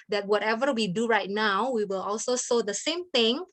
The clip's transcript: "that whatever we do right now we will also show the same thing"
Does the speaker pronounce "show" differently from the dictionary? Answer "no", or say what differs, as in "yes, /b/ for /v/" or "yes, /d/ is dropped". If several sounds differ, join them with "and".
yes, /s/ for /ʃ/